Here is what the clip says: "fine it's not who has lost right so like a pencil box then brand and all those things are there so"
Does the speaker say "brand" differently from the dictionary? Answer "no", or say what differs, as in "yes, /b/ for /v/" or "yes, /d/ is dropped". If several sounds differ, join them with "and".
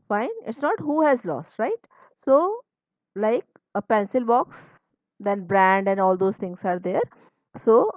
no